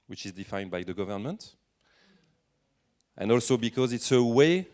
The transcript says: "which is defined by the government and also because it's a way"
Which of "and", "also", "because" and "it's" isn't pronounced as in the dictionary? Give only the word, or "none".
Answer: none